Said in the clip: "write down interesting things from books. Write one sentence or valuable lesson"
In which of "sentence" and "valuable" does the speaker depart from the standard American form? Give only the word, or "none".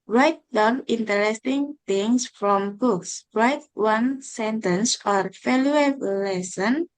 valuable